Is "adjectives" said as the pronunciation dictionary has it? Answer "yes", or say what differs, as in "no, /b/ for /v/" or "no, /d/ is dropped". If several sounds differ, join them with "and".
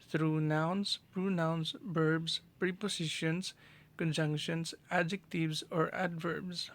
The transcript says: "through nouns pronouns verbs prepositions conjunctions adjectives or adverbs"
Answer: yes